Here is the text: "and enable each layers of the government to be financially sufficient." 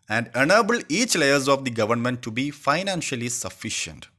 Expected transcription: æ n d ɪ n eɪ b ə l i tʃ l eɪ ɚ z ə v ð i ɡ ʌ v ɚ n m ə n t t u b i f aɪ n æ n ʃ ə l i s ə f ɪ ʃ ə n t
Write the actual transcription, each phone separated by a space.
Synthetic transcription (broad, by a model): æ n d ɪ n eɪ b ə l i tʃ l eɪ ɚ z ə v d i ɡ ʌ v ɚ n m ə n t t u b i f aɪ n æ n ʃ ə l i s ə f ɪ ʃ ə n t